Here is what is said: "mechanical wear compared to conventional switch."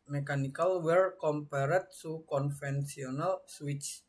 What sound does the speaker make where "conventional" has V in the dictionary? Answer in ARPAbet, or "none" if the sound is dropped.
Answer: F